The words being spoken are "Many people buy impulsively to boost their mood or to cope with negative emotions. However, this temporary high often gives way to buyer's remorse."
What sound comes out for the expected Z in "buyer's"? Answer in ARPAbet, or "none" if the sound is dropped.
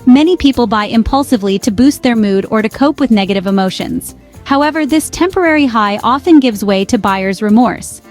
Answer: Z